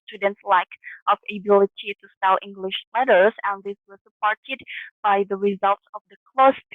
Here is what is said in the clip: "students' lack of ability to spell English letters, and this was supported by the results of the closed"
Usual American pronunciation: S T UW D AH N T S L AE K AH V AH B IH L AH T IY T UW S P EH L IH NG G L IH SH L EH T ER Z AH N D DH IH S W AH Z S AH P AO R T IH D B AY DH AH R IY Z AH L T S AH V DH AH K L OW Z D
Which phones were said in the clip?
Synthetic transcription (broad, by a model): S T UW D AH N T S L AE K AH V AH B IH L AH T IY T UW S EH L IH NG G L IH SH L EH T ER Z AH N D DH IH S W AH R S AH P AO R T IH D B AY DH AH R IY Z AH L T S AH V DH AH K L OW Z